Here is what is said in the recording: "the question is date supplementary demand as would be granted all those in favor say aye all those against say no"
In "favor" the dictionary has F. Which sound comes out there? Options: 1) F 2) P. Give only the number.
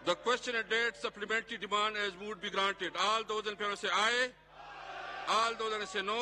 2